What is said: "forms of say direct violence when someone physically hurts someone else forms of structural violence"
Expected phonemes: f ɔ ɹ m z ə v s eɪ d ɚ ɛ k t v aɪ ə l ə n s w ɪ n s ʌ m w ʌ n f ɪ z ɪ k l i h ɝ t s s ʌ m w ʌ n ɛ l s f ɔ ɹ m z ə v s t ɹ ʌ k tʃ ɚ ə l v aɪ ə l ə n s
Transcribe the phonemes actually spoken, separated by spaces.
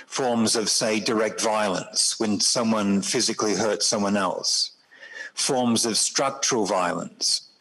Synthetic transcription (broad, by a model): f ɔ ɹ m z ə v s eɪ d ɚ ɛ k t v aɪ ə l ə n s w ɪ n s ʌ m w ʌ n f ɪ z ɪ k l i h ɝ t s s ʌ m w ʌ n ɛ l s f ɔ ɹ m z ə v s t ɹ ʌ k tʃ ɚ ə l v aɪ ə l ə n s